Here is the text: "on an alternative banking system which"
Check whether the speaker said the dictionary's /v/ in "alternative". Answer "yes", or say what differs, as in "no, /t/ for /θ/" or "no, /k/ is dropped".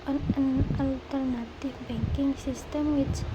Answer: no, /f/ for /v/